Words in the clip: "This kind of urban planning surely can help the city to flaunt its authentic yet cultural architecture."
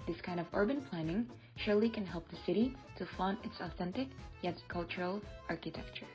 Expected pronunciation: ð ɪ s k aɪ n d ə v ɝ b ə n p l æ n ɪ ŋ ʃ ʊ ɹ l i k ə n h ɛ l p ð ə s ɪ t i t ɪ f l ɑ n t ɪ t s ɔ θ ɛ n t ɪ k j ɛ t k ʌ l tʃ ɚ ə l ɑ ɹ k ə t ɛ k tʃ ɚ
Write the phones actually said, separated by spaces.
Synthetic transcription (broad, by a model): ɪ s k aɪ n d ə v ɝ b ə n p l æ n ɪ ŋ ʃ ʊ ɹ l i k ə n h ɛ l p ð ə s ɪ t i t ɪ f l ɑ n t ɪ t s ɔ θ ɛ n t ɪ k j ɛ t k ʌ l tʃ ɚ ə l ɑ ɹ k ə t ɛ k tʃ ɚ